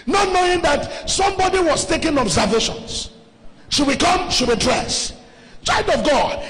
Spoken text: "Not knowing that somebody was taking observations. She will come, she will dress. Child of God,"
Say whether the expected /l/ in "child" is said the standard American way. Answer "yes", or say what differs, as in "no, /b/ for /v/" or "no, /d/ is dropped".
no, /l/ is dropped